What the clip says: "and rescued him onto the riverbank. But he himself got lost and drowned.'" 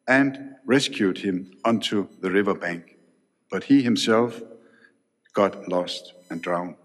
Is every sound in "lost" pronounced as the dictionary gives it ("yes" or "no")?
yes